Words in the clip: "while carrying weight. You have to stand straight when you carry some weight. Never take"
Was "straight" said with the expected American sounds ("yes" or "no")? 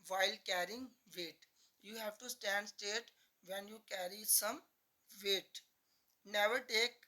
no